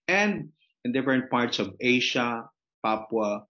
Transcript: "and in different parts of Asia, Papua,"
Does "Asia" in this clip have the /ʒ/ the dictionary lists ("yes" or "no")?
no